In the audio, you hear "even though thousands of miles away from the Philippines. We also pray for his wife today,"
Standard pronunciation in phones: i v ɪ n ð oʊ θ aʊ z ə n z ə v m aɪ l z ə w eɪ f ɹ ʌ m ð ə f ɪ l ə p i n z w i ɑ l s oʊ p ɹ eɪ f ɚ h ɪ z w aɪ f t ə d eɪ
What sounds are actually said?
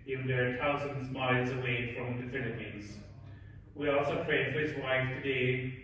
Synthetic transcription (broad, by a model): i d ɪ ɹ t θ aʊ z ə n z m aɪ z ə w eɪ f ɹ ʌ m ð ə f ɪ l ə p i n z w i ɑ l s oʊ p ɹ eɪ f ɚ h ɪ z w aɪ f t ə d eɪ